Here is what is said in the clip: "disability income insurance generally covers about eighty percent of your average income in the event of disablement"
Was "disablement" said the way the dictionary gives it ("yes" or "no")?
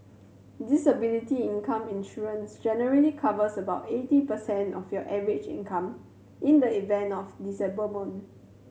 no